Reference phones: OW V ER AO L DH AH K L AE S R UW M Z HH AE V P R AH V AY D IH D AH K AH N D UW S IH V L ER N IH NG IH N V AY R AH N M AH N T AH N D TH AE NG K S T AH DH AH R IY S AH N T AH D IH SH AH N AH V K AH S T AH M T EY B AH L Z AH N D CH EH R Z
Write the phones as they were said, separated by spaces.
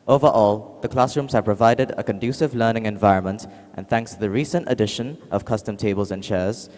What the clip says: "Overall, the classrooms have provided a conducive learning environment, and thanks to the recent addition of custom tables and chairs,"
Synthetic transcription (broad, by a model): OW V ER AO L DH AH K L AE S R UW M Z HH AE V P R AH V AY D IH D AH K AH N D UW S IH V L ER N IH NG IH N V AY R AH N M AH N T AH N TH AE NG K S T AH DH AH R IY S AH N T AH D IH SH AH N AH V K AH S T AH M T EY B AH L Z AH N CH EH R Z